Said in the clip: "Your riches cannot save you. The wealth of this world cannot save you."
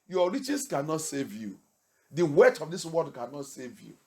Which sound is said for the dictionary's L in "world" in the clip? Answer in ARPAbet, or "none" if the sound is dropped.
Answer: none